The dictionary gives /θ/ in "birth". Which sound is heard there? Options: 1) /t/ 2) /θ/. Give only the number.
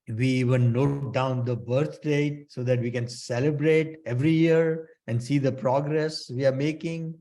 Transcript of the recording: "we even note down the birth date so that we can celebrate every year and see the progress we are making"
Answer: 1